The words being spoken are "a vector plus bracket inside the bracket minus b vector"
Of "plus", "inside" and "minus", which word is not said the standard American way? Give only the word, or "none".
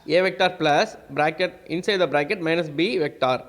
none